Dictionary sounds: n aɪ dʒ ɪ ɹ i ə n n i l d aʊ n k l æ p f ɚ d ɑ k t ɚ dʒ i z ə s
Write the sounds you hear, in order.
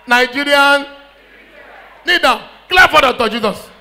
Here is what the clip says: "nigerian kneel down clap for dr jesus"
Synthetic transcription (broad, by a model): n aɪ dʒ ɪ ɹ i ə n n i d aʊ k l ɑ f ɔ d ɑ t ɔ dʒ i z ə s